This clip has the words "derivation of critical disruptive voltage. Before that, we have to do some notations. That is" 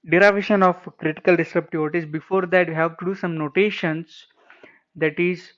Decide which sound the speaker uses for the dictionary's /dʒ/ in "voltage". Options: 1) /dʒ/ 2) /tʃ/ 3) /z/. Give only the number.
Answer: 3